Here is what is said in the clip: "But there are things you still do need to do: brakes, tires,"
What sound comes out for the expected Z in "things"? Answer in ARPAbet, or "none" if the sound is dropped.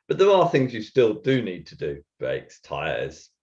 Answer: Z